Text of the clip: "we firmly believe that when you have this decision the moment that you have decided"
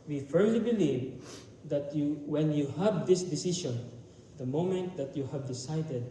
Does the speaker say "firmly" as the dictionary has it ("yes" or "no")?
yes